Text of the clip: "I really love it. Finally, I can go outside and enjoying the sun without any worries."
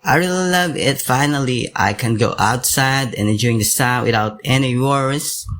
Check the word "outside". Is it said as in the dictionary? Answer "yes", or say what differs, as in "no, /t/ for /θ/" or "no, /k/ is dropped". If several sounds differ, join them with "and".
no, /d/ is dropped